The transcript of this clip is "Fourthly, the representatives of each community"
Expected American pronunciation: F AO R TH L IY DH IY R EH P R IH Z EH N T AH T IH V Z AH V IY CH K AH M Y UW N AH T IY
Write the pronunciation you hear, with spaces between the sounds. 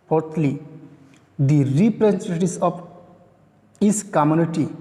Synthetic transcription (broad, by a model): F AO R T L IY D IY R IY P R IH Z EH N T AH T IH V S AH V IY S K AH M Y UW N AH T IY